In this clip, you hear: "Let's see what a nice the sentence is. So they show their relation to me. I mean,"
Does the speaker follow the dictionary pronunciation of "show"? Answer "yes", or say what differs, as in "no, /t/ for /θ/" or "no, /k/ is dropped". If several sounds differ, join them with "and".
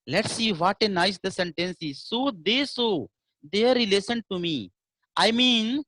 no, /s/ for /ʃ/